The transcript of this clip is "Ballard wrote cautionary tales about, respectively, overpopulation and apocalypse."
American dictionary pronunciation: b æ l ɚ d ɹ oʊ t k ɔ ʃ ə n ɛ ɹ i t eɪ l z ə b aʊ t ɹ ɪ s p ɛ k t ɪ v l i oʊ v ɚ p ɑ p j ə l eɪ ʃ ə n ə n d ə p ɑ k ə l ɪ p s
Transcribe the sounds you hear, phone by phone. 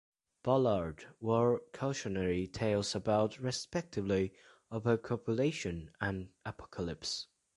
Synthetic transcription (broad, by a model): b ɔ l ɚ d w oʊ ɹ k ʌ ʃ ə n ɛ ɹ i t eɪ l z ə b aʊ t ɹ ɪ s p ɛ k t ɪ v l i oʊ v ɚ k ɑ p j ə l eɪ ʃ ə n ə n ə p ɑ k ə l ɪ p s